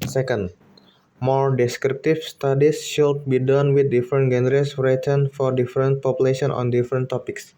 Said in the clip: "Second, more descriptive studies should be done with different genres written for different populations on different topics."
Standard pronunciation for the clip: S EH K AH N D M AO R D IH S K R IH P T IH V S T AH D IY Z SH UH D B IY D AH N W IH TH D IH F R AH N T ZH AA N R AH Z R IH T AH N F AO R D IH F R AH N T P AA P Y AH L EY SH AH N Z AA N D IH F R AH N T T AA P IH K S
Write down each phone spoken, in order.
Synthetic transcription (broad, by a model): S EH K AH N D M AO R D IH S K R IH P T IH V S T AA D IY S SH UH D B IY D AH N W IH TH D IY F R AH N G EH N R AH S R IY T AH N F AO R D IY F R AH N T P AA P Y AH L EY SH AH N AA N D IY F R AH N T T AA P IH K S